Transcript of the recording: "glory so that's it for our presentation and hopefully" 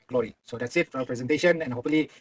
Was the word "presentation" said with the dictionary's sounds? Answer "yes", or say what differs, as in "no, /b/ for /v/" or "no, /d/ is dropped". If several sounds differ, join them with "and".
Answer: yes